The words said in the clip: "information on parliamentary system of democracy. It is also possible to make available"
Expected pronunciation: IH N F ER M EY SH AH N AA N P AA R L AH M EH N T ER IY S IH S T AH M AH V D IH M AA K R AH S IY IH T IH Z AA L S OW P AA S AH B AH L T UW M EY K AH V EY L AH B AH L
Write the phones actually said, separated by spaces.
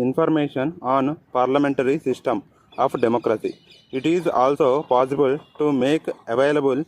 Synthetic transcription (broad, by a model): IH N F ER M EY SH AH N AA N P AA R L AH M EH N T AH IY S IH S T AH M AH P D IH M AA K R AH S IY IH T IH Z AA L S OW P AA S AH B AH L T UW M EY K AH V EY L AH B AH L